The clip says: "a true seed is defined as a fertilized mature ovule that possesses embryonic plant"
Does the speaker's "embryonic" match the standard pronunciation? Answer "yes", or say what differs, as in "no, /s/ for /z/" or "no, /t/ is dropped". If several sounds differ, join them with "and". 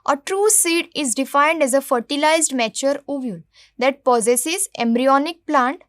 yes